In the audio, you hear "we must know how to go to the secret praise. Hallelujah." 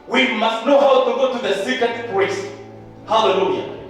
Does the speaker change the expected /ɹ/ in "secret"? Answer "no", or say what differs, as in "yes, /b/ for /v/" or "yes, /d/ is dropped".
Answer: yes, /ɹ/ is dropped